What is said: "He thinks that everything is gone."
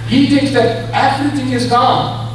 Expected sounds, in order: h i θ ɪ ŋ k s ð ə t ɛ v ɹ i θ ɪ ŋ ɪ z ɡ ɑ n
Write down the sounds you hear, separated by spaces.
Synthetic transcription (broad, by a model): h i θ ɪ ŋ k s ð ə t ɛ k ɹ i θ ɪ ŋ ɪ z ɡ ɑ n